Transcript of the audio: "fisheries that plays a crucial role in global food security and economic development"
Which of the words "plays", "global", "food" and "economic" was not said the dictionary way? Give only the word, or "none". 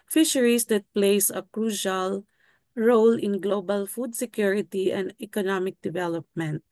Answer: plays